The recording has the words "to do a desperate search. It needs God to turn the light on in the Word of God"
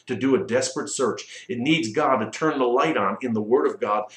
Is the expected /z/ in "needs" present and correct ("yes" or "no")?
yes